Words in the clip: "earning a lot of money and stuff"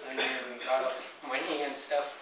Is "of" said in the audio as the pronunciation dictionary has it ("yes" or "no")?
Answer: no